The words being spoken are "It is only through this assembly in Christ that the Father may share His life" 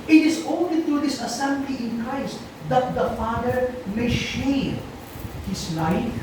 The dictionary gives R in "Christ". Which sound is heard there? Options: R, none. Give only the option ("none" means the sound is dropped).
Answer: R